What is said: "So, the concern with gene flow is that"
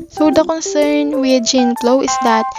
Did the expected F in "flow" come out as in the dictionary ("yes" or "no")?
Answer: no